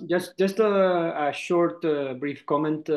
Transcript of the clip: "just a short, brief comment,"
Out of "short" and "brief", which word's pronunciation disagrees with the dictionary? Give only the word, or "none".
none